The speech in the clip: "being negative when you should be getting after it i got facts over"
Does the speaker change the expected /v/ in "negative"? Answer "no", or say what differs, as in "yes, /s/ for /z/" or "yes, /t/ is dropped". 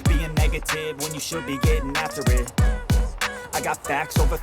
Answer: no